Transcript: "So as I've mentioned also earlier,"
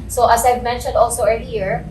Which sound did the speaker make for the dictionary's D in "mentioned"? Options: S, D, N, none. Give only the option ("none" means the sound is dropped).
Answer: D